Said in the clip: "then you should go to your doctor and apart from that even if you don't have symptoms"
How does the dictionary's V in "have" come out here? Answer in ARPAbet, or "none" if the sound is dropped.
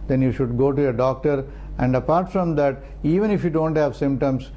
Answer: V